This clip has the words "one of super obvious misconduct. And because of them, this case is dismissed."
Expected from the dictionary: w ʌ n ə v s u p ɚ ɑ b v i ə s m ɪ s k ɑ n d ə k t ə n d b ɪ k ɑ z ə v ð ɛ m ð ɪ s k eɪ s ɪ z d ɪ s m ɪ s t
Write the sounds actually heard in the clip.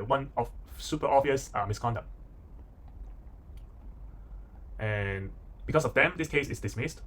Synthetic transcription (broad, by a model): w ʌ n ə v s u p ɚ ɑ v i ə s m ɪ s k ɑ n d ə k t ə n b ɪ k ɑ s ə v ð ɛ m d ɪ s k eɪ s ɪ s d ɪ s m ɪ s t